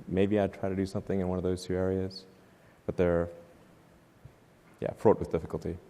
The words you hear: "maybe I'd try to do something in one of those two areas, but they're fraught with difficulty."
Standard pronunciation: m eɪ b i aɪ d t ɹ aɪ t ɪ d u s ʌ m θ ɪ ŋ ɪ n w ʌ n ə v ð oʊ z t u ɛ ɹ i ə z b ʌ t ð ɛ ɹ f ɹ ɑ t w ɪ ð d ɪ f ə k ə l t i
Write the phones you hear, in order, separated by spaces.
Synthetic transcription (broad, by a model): m eɪ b i aɪ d t ɹ aɪ t ɪ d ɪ s ʌ m θ ɪ ŋ ɪ n w ʌ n ə v ð oʊ z t u ɛ ɹ i ə z b ʌ t ð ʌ ɹ f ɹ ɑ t w ɪ ð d ɪ f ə k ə l t i